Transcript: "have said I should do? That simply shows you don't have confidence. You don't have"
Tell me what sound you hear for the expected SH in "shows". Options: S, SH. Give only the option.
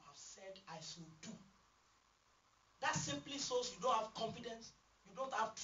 S